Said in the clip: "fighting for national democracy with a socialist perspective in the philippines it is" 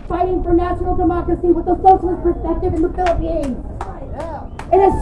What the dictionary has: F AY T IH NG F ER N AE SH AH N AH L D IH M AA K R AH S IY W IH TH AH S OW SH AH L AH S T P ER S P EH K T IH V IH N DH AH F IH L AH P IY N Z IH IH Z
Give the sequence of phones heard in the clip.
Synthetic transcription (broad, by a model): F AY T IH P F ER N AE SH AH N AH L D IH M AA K AH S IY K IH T AH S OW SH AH AH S P ER S P EH K T IH V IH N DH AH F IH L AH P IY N IH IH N